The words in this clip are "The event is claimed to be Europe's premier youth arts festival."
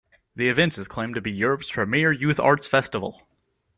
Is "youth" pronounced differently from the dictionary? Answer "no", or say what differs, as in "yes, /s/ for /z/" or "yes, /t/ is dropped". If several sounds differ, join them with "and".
no